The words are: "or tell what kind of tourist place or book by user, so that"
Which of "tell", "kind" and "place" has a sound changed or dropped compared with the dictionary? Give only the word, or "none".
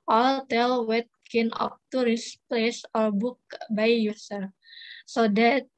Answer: kind